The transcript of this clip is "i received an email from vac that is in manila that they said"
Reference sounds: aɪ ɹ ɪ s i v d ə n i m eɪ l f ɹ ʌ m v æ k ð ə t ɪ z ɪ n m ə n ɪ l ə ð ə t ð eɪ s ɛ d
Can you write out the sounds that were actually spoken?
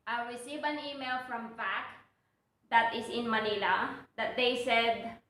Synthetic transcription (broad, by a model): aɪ ɹ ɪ s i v ə n i m eɪ l f ɹ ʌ m f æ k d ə t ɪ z ɪ n m ə n ɪ l ə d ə t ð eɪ s ɛ d